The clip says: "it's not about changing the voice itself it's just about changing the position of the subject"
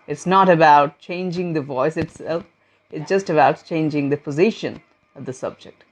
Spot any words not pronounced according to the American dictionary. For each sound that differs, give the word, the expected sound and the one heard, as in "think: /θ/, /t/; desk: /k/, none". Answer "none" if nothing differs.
none